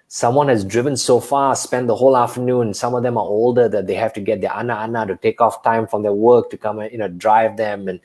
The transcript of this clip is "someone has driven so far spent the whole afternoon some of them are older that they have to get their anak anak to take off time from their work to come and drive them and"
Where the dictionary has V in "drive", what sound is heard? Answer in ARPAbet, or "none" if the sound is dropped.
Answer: V